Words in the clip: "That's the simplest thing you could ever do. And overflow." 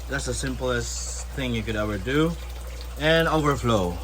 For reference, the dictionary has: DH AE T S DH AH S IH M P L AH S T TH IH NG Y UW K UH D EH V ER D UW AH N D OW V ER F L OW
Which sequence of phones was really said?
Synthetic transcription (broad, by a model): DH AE T S DH AH S IH M P L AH S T TH IH NG Y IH K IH D EH V ER D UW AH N OW V ER F L OW